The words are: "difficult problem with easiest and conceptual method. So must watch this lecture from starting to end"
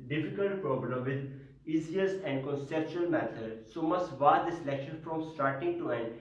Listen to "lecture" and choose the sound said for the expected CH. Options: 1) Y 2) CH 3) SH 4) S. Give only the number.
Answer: 3